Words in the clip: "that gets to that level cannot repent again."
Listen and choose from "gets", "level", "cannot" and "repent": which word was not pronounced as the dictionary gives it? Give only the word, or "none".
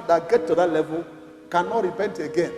gets